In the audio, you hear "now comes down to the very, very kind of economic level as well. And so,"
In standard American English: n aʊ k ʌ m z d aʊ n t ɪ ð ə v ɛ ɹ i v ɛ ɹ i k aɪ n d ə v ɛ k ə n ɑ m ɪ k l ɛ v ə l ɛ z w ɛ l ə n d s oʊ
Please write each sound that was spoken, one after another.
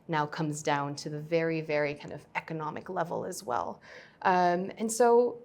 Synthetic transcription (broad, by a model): n aʊ k ʌ m z d aʊ n t ɪ ð ə v ɛ ɹ i v ɛ ɹ i k aɪ n d ə v ɛ k ə n ɑ m ɪ k l ɛ v l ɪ z w ɛ l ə n s oʊ